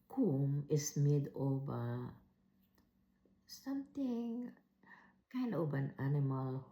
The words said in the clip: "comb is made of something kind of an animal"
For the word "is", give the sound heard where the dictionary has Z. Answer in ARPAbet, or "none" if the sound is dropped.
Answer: S